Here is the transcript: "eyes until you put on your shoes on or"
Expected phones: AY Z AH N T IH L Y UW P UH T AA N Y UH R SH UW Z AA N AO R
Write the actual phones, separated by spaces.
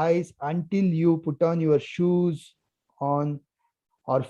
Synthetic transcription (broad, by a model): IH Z AH N T IH L Y UW P UH T AA N Y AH R SH UW Z AA N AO R